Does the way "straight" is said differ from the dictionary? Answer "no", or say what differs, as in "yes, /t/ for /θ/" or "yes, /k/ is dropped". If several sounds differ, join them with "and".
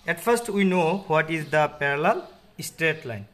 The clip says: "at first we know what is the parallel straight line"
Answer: no